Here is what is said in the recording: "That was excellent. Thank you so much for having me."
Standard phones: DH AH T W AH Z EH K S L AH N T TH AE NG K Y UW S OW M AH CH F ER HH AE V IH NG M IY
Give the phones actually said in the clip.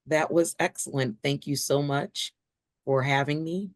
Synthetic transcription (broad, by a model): DH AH T W AH Z EH K S L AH N TH AE NG K Y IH S OW M AH CH F ER HH AE V IH NG M IY